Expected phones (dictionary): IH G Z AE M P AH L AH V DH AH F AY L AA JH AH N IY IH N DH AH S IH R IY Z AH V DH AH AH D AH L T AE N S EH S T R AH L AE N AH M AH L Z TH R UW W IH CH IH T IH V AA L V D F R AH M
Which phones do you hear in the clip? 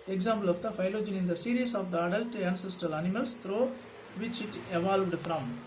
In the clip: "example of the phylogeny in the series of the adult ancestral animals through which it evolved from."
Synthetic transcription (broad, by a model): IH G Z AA M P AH L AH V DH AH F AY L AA JH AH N IH N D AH S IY R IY S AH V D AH AH D AH L T AE N S EH S T R AH L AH N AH M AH L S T R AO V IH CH IH T IH V AA L V D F R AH M